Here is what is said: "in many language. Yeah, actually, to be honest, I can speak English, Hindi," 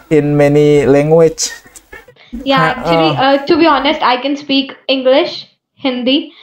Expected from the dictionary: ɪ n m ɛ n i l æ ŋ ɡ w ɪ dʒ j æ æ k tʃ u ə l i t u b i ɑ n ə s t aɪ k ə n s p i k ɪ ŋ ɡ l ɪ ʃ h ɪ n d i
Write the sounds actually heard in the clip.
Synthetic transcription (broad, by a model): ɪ n m ɛ n i l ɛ ŋ ɡ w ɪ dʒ j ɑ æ k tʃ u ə l i t u b i ɑ n ə s t aɪ k ə n s p i k ɪ ŋ ɡ l ɪ ʃ h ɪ n d i